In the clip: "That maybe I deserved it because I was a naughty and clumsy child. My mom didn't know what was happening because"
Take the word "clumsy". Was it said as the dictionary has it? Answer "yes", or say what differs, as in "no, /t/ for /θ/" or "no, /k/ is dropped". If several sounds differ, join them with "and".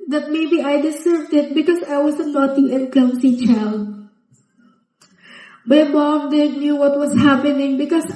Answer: no, /s/ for /z/